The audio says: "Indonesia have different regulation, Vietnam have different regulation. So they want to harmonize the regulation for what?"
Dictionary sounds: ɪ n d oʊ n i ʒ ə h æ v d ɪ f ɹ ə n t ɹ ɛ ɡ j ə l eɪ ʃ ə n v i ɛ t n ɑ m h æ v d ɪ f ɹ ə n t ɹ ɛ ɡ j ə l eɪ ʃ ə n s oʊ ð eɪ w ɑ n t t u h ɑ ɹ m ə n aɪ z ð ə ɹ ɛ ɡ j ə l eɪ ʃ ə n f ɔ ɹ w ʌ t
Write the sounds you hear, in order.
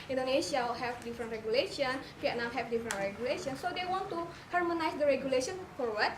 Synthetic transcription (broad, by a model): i n d oʊ n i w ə h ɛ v d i f ɹ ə n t ɹ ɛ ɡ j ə l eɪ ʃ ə n f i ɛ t n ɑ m h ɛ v d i f ɹ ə n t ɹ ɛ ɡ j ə l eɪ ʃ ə n s oʊ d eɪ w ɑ n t t u h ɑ ɹ m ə n aɪ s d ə ɹ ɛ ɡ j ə l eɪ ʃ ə n f ɔ ɹ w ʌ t